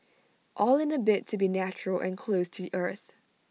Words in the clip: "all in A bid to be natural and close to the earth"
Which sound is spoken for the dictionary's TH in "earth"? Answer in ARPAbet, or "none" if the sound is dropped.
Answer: TH